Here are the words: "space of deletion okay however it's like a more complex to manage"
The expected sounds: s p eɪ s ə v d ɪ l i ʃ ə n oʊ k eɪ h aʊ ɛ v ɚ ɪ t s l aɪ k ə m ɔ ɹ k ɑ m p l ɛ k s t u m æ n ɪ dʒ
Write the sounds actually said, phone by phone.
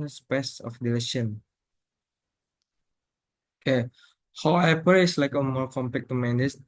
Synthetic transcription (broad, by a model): s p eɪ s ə f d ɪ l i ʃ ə n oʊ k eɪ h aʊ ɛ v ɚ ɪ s l aɪ k ə m ɔ ɹ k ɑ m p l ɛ k t u m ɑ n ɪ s